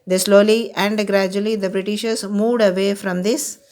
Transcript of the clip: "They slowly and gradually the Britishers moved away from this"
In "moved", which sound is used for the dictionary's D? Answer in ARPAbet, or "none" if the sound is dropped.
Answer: D